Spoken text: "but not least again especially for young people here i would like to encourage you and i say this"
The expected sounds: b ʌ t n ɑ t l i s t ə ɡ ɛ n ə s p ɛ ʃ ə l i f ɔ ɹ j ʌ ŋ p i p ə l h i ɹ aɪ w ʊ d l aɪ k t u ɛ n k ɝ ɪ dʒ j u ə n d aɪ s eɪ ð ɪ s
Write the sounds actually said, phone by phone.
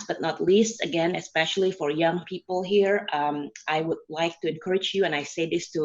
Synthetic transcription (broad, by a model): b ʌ t n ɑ t l i s t ə ɡ ɛ n ə s p ɛ ʃ ə l i f ɔ ɹ j ʌ ŋ p i p ə l h i ɹ aɪ w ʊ d l aɪ k t u ɛ n k ɝ ɪ dʒ j u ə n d aɪ s eɪ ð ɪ s